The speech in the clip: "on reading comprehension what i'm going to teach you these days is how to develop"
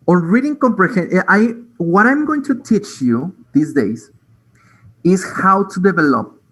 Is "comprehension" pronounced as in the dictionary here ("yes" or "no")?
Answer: no